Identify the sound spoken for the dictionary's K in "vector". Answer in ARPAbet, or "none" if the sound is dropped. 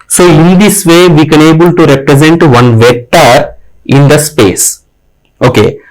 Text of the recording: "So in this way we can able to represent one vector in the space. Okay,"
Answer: none